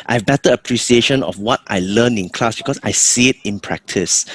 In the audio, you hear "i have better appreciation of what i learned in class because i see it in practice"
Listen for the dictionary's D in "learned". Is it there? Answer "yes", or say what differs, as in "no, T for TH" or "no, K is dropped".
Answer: no, D is dropped